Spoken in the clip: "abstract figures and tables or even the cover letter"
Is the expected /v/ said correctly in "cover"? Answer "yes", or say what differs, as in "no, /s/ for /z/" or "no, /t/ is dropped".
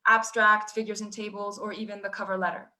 yes